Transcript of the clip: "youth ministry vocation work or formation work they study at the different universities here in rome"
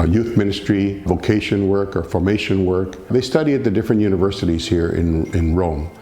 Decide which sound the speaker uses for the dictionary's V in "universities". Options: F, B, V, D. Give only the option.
V